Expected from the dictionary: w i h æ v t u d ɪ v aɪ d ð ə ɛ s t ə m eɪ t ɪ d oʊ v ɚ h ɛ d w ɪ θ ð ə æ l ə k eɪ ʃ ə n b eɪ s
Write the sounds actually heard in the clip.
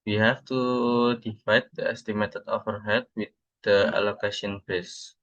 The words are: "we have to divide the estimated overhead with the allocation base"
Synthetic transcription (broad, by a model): w i h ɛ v t u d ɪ f aɪ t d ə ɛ s t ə m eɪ t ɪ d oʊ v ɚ h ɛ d w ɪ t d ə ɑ l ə k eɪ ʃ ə n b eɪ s